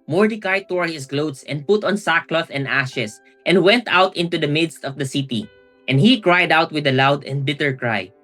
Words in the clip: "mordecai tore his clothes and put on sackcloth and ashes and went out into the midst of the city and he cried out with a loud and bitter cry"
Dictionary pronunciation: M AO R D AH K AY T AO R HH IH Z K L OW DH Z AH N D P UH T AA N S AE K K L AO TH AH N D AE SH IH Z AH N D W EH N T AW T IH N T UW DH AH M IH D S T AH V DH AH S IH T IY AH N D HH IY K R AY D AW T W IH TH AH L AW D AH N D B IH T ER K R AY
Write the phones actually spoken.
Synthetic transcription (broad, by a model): M AO R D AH K AY T AO R HH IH S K L OW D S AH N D P UH T AA N S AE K K L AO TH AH N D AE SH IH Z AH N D W EH N T AW T IH N T UW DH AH M IH D S T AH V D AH S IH T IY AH N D HH IY K R AY D AW T W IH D AH L AW D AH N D B IH T ER K R AY